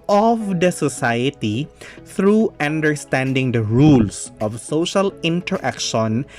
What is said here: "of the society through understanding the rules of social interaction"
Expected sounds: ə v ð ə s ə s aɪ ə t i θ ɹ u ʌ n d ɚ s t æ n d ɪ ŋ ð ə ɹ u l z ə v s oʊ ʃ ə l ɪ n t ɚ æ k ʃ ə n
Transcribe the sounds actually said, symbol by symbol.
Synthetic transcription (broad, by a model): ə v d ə s ə s aɪ ə t i t ɹ u ʌ n d ɚ s t æ n d ɪ ŋ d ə ɹ u l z ə v s oʊ ʃ ə l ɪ n t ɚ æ k ʃ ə n